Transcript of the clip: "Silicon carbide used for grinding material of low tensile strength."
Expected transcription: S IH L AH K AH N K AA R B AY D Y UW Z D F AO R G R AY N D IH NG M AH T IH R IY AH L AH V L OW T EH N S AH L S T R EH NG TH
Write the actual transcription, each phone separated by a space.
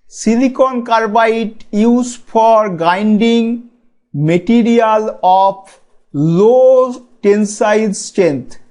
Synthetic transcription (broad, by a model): S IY L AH K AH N K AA R B AY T Y UW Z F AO R G AY N D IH NG M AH T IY R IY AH L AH P L OW T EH N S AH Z S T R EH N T